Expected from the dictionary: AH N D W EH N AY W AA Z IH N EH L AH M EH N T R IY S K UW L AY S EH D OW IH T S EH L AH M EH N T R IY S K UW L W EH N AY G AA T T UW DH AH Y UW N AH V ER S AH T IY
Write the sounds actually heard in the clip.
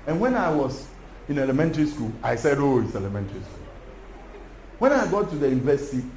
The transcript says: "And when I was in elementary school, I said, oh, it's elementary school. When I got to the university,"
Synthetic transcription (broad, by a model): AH N W EH N AY W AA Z IH N EH L AH M EH N T R IY S K UW L AY S EH D OW IH T S EH L AH M EH N T R IY S K UW L W EH N AY G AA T T UW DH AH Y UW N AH V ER S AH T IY